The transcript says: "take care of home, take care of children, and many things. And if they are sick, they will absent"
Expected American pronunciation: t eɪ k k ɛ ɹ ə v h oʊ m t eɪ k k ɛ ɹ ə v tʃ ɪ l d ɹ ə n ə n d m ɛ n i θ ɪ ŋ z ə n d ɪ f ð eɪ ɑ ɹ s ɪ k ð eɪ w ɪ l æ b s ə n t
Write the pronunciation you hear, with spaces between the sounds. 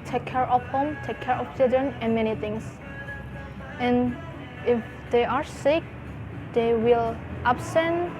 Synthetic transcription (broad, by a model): t eɪ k k ɛ ɹ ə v h oʊ m t eɪ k k ɛ ɹ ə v tʃ ɪ l d ɹ ə n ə n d m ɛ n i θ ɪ ŋ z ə n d ɪ f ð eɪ ɑ ɹ s ɪ k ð eɪ w ɪ l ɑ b s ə n